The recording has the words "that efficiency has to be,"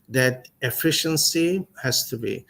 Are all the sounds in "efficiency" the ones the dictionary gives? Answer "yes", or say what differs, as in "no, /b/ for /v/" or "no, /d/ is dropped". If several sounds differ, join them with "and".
yes